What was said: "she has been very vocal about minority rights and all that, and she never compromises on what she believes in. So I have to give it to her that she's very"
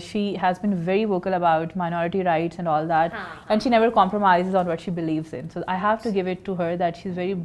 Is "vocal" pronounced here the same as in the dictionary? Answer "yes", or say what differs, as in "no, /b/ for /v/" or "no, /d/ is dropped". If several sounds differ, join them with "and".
yes